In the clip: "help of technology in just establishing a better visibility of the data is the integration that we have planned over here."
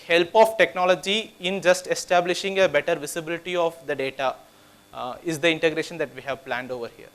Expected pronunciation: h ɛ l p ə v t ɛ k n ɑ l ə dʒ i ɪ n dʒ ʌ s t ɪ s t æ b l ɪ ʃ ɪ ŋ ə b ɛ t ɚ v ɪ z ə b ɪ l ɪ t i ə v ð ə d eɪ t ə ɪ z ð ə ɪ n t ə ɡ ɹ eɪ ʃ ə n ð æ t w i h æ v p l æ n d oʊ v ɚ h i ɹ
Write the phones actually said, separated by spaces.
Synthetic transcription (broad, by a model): h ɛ l p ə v t ɛ k n ɑ l ə dʒ i ɪ n dʒ ʌ s t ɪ s t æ b l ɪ ʃ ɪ ŋ ə b ɛ t ɚ v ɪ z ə b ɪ l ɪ t i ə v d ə d eɪ t ə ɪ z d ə ɪ n t ə ɡ ɹ eɪ ʃ ə n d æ t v i h æ v p l æ n d oʊ v ɚ h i ɹ